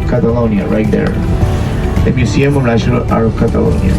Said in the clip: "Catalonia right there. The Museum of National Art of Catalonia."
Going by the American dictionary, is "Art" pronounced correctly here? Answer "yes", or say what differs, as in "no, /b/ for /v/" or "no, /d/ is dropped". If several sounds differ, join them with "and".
no, /t/ is dropped